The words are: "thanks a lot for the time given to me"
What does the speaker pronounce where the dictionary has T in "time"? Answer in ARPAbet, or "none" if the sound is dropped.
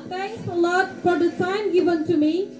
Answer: S